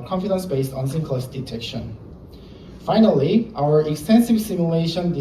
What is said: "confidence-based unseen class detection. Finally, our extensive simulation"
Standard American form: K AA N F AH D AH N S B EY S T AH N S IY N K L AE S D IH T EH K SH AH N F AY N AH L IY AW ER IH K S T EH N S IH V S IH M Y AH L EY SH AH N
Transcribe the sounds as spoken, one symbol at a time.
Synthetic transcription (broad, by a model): K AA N F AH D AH N S B EY S T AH N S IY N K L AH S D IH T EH K SH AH N F AY N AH L IY AW ER IH K S T EH N S IH V S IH M Y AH L EY SH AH N